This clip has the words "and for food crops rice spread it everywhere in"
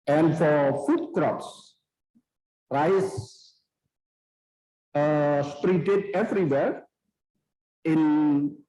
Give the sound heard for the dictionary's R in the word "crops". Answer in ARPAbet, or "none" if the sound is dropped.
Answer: R